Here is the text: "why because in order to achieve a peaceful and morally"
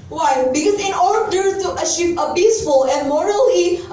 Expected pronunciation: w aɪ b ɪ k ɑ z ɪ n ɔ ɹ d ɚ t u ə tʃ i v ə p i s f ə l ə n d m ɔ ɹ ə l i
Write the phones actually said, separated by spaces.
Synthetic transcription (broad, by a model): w aɪ b ɪ k ɑ z ɪ n ɔ ɹ d ɚ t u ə ʃ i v ə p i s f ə l ə n d m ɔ ɹ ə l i